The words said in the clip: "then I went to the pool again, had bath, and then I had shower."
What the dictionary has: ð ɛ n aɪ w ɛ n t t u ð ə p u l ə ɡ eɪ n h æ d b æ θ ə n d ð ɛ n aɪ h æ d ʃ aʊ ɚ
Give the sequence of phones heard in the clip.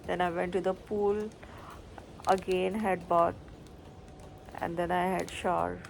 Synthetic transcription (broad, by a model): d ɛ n aɪ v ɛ n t t u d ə p u l ə ɡ eɪ n h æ d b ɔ t ə n d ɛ n aɪ h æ d ʃ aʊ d